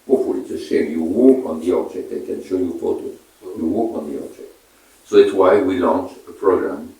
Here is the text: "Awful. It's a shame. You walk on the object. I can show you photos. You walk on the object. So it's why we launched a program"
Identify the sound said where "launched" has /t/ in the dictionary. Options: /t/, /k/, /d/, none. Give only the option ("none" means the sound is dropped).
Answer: none